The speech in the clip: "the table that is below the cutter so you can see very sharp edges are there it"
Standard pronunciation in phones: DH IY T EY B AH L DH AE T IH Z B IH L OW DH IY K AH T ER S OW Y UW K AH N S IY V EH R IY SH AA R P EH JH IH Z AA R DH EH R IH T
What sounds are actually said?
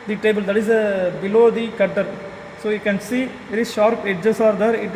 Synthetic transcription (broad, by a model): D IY T EY B AH L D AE T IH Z B IH L OW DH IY K AH T ER S OW Y UW K AH N S IY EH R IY SH AA R P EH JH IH S AA R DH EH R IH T